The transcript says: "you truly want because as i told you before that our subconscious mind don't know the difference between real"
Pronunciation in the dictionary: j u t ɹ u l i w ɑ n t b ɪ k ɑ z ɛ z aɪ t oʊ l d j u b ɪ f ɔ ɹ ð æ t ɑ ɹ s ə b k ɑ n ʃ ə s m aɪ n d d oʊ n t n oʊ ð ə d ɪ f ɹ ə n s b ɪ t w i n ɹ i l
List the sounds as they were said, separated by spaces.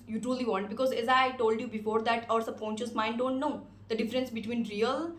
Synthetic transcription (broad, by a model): j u t ɹ u l i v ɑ n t b ɪ k ɑ z ɛ z aɪ t oʊ l d j u b ɪ f ɔ ɹ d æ t ɑ ɹ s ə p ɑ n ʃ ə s m aɪ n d d oʊ n t n oʊ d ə d ɪ f ɹ ə n s b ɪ t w i n ɹ i l